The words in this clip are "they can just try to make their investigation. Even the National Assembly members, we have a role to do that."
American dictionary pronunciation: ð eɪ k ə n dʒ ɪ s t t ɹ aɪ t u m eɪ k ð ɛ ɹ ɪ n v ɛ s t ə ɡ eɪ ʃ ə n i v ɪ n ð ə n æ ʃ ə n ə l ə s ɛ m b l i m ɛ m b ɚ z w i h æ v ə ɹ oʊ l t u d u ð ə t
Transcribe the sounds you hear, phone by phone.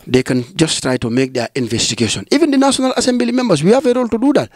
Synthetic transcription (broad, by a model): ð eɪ k ə n dʒ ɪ s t t ɹ aɪ t u m eɪ k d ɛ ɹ ɪ n v ɛ s t ə ɡ eɪ ʃ ə n i v ɪ n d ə n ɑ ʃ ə n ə l ə s ɛ m b l i m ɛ m b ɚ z w i h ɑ v ə ɹ oʊ l t u d u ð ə t